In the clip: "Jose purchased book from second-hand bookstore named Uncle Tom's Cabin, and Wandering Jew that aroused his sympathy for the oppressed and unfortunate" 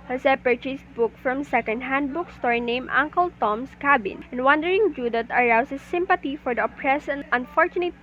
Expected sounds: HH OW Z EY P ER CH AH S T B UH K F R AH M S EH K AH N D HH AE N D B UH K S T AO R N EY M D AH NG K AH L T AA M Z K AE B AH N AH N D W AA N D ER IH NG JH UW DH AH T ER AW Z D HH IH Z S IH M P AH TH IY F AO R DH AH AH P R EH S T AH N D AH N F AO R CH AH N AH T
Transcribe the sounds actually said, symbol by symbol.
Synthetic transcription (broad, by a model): HH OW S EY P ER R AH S B UH K F R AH M S EH K AH N D HH AE N D B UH K S T AO R N EY M AH NG K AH L T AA M S K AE B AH N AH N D W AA N D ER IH NG JH UW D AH T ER AW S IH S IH M P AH T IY F AO R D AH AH P R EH S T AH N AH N F AO R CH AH N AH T